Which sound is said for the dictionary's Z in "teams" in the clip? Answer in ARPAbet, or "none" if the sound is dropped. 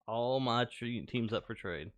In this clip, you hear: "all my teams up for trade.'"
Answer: Z